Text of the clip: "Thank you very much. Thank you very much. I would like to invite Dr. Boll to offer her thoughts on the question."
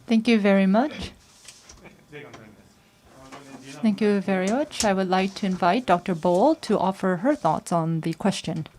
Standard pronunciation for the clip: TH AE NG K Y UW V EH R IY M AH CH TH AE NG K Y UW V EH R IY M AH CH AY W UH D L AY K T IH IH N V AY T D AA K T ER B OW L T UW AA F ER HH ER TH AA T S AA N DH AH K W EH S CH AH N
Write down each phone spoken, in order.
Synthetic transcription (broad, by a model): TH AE NG K Y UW V EH R IY M AH CH TH AE NG K Y UW V EH R IY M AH CH AY W UH D L AY K T IH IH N V AY T D AA K T ER B OW L T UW AA F ER HH ER TH AA T S N DH AH K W EH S CH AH N